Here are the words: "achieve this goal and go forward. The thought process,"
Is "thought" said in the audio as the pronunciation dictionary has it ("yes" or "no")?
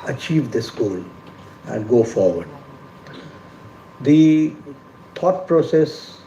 no